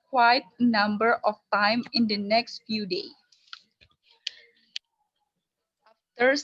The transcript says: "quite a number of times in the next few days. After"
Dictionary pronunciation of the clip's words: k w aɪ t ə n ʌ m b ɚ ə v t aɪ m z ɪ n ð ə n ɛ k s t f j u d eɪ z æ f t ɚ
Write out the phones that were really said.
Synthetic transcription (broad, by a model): k w aɪ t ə n ʌ m b ɚ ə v t aɪ m ɪ n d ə n ɛ k s t f j u d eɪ ɑ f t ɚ